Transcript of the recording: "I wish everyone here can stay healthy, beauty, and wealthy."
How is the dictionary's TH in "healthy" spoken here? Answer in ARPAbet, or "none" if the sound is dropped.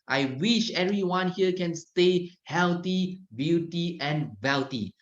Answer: T